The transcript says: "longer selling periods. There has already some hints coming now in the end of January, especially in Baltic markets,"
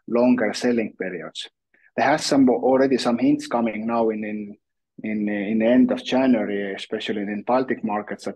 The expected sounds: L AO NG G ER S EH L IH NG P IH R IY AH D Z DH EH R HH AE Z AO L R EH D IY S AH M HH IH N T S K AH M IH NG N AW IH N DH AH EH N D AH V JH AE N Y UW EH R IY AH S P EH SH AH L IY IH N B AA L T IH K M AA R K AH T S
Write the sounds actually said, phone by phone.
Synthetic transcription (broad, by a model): L AO NG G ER S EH L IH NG P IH R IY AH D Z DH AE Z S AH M AO L R EH D IY S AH M HH IH N T S K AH M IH NG N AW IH N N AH EH N D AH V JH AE N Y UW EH R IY AH S P EH SH AH L IY IH N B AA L T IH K M AA R K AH T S